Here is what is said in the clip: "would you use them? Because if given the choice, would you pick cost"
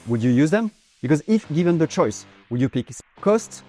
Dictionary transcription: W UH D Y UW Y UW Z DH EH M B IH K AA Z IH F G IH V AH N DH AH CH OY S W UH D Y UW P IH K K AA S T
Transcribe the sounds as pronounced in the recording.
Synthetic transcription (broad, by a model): W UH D Y UW Y UW Z DH EH M B IH K AA Z IH F G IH V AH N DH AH CH OY S W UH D Y UW P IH K K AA S T